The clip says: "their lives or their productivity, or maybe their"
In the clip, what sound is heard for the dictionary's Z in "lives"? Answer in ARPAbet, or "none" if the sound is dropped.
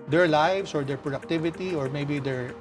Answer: S